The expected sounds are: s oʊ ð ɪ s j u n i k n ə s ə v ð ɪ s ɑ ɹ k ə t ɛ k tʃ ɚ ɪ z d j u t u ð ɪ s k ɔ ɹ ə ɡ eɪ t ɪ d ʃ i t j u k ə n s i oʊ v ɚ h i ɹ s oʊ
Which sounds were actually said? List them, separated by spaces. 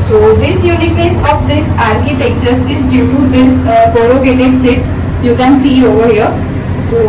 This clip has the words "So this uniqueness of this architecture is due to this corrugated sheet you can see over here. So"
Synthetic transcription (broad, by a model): s oʊ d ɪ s j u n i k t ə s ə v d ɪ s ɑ ɹ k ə t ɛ k tʃ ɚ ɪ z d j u t u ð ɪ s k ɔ ɹ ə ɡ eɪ t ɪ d s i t j u k ə n s i oʊ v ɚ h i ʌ s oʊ